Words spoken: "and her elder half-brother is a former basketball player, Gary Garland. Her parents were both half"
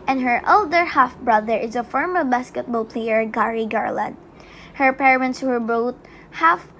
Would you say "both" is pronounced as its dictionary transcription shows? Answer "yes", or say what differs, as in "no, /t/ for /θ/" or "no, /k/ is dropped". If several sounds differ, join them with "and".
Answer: no, /t/ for /θ/